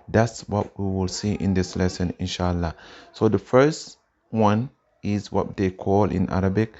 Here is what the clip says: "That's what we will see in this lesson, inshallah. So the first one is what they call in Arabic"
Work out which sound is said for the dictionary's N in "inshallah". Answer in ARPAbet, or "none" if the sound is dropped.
N